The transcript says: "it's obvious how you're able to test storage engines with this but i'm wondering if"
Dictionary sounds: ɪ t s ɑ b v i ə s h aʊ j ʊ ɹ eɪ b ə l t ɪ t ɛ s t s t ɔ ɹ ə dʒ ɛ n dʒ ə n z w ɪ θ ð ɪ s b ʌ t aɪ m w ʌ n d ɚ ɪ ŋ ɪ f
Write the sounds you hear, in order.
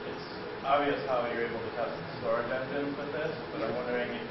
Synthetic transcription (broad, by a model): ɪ t s ɑ b v i ə s h aʊ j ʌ ɹ eɪ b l t ɪ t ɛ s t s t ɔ ɹ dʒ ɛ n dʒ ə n w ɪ ð ɪ s b ʌ t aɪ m w ʌ n d ɚ ɪ ŋ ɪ